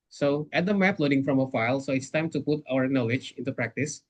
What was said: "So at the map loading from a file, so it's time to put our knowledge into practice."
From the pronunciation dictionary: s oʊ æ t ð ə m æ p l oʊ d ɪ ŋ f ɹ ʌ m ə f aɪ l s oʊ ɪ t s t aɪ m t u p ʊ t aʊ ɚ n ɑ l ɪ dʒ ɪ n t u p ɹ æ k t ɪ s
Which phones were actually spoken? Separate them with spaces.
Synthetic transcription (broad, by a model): s oʊ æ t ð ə m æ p l oʊ d ɪ ŋ f ɹ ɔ m ə f aɪ l s oʊ ɪ t s t aɪ m t u p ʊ t aʊ ɚ n ɑ l ɪ dʒ ɪ n t u p ɹ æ k t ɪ s